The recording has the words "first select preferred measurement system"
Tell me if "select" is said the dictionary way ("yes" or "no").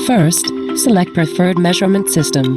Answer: yes